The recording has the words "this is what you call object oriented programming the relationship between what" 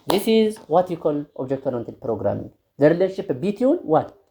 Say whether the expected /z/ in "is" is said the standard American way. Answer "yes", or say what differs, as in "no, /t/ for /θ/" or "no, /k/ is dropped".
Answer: yes